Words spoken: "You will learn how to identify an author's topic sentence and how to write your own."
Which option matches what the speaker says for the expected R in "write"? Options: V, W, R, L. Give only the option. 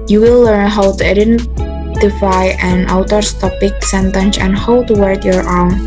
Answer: W